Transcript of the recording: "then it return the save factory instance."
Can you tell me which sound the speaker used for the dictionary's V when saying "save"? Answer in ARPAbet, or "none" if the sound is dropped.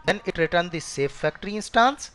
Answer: F